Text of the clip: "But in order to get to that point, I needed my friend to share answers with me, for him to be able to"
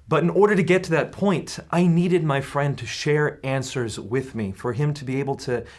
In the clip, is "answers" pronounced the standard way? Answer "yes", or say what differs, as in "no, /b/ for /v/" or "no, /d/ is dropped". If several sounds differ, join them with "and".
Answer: yes